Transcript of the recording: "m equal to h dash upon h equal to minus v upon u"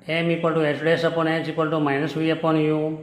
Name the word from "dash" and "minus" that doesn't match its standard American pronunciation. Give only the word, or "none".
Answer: dash